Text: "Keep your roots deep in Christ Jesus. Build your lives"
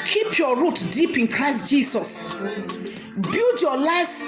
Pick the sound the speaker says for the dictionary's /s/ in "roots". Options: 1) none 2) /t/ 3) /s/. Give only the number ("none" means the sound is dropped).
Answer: 1